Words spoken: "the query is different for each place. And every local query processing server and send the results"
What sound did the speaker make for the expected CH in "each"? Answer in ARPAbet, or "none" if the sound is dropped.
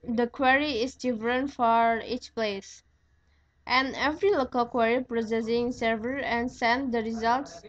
CH